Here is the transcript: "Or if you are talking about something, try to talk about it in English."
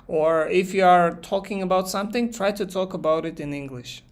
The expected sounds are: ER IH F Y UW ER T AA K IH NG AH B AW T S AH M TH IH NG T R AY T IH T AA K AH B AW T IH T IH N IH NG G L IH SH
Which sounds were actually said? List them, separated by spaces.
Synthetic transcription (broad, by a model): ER IH F Y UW ER T AA K IH NG AH B AW T S AH M TH IH NG T R AY T IH T AA K AH B AW T IH T IH N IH NG G L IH SH